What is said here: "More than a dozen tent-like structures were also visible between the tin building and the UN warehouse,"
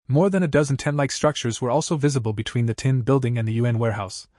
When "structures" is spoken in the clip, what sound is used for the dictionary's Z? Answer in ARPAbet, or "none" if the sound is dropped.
Z